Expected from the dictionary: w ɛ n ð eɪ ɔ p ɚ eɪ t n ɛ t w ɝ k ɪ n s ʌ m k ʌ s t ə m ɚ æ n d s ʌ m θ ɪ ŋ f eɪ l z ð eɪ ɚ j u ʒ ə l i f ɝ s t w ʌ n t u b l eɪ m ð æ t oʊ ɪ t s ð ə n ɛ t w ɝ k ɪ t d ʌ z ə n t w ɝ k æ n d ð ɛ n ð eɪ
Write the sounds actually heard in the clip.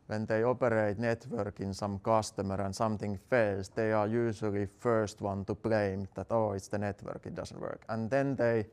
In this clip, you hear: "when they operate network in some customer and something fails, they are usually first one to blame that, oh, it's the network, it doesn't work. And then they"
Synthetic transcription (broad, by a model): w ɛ n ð eɪ ɔ p ɚ eɪ t n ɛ t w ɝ k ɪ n s ʌ m k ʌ s t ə m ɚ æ n s ʌ m θ ɪ ŋ f eɪ l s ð eɪ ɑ j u ʃ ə l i f ɝ s t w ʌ n t u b l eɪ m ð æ t oʊ ɪ t s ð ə n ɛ t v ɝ k ɪ t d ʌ s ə n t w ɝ k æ n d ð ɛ n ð eɪ